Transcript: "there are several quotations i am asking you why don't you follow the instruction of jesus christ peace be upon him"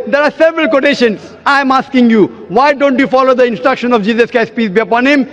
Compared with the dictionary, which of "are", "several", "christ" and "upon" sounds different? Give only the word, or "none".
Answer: christ